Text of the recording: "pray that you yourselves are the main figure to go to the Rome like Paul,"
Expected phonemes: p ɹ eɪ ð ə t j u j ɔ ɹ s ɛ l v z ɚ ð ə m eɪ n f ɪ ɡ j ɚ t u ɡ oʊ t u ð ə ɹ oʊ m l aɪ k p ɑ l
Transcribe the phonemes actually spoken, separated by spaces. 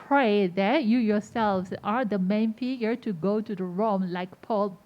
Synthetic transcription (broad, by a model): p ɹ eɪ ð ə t j u j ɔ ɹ s ɛ l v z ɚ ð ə m eɪ n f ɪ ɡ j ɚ t u ɡ oʊ t u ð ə ɹ oʊ m l aɪ k p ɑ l